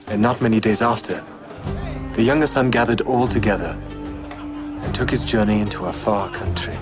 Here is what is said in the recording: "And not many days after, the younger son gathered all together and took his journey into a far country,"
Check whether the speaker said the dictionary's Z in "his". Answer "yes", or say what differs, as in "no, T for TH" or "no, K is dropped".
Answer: yes